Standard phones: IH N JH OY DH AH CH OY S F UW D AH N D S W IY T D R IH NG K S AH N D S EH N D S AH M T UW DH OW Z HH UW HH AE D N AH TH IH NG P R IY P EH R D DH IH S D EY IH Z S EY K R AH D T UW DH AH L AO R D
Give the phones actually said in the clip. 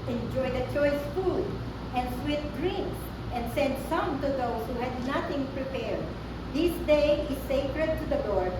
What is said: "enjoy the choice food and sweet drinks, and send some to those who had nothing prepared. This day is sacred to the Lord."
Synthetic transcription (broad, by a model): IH N JH OY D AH CH OY S F UW D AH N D S W IY T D R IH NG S AH N D S EH N D S AH M T UW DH OW S HH UW HH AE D N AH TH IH NG P R IY P EH R D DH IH S D EY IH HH S EY K R AH D T UW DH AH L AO R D